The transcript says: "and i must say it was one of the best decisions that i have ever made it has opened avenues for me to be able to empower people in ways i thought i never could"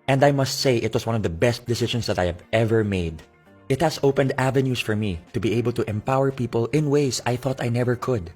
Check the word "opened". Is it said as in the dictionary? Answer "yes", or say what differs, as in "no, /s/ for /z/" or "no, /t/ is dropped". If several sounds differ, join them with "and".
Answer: yes